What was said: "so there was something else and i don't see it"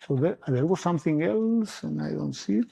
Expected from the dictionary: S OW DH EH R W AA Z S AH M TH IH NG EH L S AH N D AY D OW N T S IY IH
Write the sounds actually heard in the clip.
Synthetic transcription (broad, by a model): S OW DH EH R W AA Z S AH M TH IH NG EH L S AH N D AY D OW N T S IY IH